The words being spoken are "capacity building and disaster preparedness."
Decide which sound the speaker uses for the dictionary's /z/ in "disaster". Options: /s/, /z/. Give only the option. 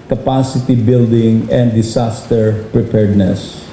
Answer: /s/